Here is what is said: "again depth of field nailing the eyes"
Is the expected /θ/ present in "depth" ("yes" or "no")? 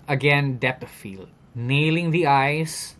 no